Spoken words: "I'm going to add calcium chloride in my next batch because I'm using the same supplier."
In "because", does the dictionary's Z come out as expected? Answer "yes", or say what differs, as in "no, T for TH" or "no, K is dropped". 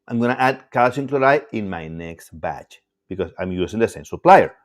no, S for Z